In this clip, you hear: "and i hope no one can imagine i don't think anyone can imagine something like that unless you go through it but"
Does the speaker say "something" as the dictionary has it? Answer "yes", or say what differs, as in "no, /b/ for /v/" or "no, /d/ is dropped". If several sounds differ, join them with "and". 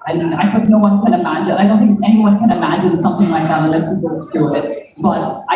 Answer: yes